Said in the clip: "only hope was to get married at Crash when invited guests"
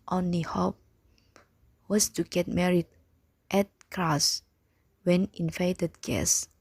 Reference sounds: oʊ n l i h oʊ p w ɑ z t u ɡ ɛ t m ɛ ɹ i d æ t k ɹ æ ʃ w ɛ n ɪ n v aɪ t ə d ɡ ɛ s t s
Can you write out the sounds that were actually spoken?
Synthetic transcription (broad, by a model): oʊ n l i h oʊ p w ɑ s t u ɡ ɛ t m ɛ ɹ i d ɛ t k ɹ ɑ s w ɛ n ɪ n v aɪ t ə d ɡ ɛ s s